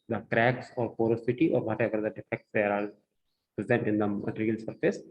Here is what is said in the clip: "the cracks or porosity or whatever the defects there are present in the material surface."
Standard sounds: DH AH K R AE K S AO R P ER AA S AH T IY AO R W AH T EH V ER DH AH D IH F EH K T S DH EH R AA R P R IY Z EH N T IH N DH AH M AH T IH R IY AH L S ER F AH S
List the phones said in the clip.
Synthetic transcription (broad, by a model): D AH K R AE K S AO R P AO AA S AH T IY AO R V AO T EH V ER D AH D IH F EH K T S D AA R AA L P R IY Z EH N T IH N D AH M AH T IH R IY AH L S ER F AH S